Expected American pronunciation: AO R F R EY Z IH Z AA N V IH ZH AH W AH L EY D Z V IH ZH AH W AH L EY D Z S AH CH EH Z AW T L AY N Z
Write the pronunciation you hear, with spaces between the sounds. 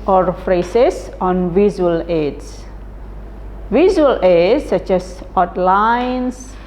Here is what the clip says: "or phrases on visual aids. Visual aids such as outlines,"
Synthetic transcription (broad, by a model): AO R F R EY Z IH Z AA N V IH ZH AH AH L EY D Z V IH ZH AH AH L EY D S AH CH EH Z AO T L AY N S